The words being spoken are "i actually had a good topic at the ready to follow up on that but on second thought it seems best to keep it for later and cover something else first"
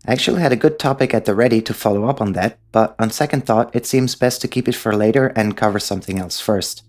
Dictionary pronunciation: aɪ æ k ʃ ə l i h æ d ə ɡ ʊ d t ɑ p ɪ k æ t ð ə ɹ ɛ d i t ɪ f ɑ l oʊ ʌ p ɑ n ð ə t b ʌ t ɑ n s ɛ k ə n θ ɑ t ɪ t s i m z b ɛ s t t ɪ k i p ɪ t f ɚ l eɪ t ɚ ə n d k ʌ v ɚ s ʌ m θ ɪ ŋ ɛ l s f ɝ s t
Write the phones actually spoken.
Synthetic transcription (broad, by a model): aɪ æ k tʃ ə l i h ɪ d ə ɡ ʊ d t ɑ p ɪ k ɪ t ð ə ɹ ɛ d i t ɪ f ɑ l oʊ ʌ p n ð ə t b ʌ t n s ɛ k ə n θ ɑ t ɪ t s i m z b ɛ s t t ɪ k i p ɪ t f ɚ l eɪ t ɚ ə n k ʌ v ɚ s ʌ m θ ɪ ŋ ɛ l s f ɝ s t